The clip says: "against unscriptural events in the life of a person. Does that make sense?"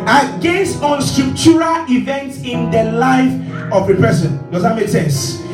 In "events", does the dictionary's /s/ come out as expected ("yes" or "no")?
yes